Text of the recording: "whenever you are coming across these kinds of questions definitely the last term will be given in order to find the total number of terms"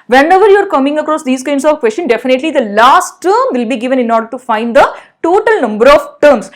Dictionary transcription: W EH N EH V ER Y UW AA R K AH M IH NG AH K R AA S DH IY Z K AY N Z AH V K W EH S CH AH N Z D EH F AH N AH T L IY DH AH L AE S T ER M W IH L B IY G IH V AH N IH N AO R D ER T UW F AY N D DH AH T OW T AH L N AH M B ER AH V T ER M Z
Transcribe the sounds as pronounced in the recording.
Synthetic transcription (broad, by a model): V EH N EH V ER Y UW AA R K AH M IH NG AH K R AA S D IY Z K AY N S AH V K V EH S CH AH N D EH F AH N AH T L IY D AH L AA S T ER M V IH L B IY G IH V AH N IH N AO R D ER T UW F AY N D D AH T OW T AH L N AH M B ER AH V T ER M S